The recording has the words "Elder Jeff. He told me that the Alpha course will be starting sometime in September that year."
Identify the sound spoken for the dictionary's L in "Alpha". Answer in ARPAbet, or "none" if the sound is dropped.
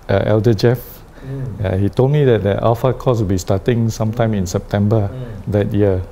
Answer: none